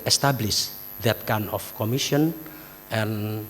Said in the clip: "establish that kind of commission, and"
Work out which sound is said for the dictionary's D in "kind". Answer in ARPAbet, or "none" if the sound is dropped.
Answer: none